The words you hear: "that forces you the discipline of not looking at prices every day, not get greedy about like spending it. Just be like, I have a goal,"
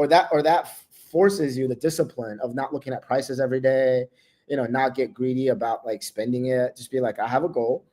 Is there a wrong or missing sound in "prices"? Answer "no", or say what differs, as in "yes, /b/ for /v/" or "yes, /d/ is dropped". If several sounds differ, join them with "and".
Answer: no